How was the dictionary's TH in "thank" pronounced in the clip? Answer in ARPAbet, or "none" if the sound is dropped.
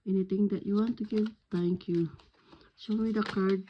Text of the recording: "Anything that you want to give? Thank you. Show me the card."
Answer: T